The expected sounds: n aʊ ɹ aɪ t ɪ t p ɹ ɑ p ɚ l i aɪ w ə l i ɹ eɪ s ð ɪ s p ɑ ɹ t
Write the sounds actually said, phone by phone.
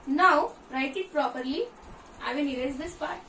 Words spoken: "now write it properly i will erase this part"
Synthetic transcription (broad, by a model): n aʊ ɹ aɪ t ɪ t p ɹ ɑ p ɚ l i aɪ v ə n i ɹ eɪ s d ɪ s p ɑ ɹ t